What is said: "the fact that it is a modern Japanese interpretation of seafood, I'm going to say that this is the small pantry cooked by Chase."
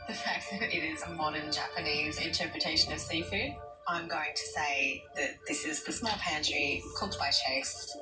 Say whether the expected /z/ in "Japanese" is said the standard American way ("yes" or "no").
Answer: yes